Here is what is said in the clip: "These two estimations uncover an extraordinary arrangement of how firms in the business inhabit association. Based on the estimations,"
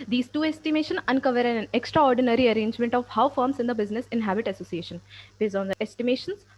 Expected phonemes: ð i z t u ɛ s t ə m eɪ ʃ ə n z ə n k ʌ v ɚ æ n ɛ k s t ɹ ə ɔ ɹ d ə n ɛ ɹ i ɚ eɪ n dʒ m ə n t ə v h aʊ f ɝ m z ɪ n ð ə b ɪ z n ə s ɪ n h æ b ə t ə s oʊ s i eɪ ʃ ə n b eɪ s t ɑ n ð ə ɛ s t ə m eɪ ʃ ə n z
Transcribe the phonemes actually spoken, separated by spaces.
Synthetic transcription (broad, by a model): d i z t u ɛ s t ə m eɪ ʃ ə n ə n k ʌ v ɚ æ n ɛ k s t ɹ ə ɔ ɹ d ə n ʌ ɹ i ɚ eɪ n dʒ m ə n t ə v h aʊ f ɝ m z ɪ n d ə b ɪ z n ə s ɪ n h æ b ə t ə s oʊ s i eɪ ʃ ə n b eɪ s ɑ n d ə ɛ s t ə m eɪ ʃ ə n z